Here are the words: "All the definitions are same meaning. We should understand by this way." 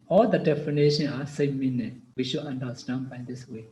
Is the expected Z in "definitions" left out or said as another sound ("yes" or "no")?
yes